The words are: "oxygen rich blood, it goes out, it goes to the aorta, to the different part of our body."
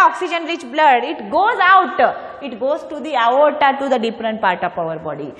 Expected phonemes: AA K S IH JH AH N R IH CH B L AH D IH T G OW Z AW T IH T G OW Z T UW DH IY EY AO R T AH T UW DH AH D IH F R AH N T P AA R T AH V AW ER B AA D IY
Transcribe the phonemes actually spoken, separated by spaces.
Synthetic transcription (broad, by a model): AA K S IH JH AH N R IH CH B L AH D IH T G OW Z AW T IH T G OW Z T UW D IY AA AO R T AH T UW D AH D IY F R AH N T P AA R T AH P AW ER B AA D IY